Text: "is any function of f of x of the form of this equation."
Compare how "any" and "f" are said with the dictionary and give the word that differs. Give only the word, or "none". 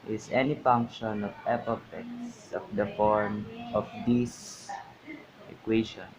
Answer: f